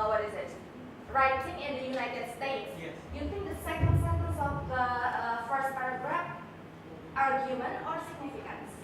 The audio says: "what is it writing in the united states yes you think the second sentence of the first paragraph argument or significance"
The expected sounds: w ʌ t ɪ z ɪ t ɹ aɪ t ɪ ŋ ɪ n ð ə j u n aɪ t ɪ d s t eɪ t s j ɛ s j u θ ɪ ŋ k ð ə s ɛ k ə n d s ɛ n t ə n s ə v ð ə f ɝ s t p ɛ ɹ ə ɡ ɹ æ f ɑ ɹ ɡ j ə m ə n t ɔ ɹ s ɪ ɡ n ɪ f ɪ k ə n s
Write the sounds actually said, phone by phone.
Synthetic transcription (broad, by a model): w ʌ t ɪ z ɪ t ɹ aɪ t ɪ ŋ ɪ n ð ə j u n aɪ t ɪ d s t eɪ t s j ɛ s j u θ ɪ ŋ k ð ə s ɛ k ə n d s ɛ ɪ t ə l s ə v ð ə f ɝ s t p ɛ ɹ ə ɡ ɹ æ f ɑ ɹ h j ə m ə n ɔ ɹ s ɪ ɡ n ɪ f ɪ k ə n s